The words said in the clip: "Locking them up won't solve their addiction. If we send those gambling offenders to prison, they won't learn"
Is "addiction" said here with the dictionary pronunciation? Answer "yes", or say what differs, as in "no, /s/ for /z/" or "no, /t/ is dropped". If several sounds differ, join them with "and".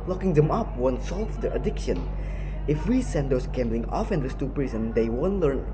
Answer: yes